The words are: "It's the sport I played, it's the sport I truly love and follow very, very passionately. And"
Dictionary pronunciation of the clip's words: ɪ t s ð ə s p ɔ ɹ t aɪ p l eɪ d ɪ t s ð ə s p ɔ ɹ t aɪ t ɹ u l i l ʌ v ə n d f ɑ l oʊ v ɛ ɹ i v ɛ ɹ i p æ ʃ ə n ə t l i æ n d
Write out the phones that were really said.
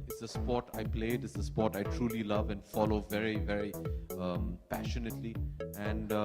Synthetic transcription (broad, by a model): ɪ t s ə s p ɔ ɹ t aɪ p l eɪ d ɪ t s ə s p ɔ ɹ t aɪ t ɹ u l i l ʌ v ə n d f ɑ l oʊ v ɛ ɹ i v ɛ ɹ i p æ ʃ ə n ə t l i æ n d